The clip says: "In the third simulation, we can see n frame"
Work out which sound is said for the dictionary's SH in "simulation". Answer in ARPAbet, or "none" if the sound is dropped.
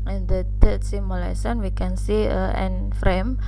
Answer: S